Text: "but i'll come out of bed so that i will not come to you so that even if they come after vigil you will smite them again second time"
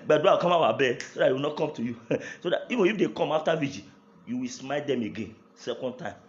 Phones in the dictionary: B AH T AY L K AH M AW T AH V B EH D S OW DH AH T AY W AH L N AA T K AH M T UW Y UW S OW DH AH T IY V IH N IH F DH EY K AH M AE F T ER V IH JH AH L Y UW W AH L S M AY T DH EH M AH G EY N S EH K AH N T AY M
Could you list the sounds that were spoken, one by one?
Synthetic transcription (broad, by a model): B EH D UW W K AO M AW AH B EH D S OW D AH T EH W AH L N AA T K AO M T UW Y UW S OW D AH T IY V IH N IH F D EY K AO M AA F T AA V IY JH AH Y UW W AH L S M AY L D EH M AH G EY N S EH K AH N T AY M